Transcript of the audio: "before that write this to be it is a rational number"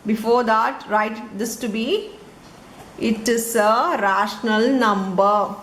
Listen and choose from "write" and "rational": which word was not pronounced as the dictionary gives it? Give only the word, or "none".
none